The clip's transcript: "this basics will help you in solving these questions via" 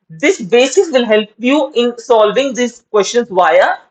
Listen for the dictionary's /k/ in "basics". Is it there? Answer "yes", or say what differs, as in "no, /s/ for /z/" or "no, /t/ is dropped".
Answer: no, /k/ is dropped